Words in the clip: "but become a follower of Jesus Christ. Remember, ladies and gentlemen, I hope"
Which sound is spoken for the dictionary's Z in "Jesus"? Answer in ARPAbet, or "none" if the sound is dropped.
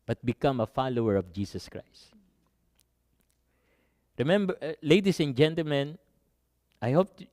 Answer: S